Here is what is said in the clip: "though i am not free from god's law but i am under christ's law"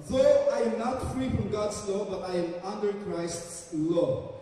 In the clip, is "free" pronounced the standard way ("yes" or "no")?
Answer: yes